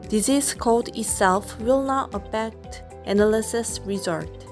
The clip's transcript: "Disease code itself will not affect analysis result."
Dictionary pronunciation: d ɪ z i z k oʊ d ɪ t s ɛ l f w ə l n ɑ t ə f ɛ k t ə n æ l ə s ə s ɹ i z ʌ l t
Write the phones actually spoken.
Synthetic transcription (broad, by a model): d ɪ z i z k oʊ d ɪ t s ɛ l f w ə l n ɑ t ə p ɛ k t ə n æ l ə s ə s ɹ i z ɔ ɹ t